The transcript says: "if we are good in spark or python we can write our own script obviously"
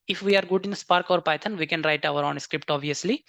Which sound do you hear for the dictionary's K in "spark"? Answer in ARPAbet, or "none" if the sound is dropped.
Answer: K